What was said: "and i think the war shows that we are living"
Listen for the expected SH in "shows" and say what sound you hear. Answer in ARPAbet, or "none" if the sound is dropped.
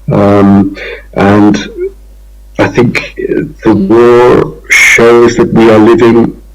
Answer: SH